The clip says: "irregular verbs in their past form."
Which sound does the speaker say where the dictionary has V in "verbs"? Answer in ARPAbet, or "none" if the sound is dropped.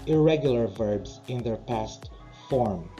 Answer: V